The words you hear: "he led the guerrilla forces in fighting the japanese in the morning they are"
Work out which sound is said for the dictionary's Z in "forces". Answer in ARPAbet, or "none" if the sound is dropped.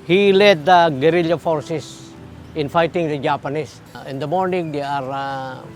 S